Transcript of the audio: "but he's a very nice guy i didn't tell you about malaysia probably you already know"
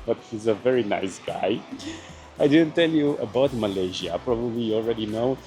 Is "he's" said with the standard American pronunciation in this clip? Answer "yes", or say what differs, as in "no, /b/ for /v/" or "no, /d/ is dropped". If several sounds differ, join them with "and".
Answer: yes